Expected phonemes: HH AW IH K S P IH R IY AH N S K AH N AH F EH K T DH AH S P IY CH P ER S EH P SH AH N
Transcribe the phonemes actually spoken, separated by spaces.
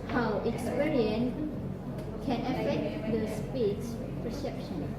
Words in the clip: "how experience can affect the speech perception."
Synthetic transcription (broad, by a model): HH AW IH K S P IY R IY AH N K AH N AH F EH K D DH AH S P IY S P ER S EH P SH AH N